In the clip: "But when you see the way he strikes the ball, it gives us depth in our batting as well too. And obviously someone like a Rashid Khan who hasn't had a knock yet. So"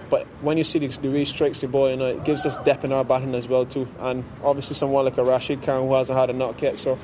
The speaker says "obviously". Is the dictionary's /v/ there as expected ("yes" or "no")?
yes